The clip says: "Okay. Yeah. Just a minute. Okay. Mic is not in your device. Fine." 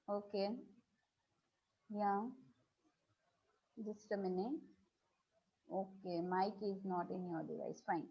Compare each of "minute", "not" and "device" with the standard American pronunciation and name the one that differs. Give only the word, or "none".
minute